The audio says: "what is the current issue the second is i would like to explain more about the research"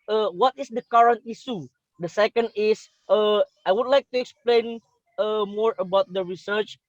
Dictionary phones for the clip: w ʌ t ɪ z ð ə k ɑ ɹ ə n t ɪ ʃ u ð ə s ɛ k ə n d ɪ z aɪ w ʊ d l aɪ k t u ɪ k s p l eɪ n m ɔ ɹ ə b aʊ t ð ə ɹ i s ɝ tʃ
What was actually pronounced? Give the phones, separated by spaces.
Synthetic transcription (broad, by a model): w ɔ t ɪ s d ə k ɑ ɹ ə n t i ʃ u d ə s ɛ k ə n d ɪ s aɪ w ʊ d l aɪ k t u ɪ k s p l eɪ n m ɔ ɹ ə b aʊ t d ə ɹ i s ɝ tʃ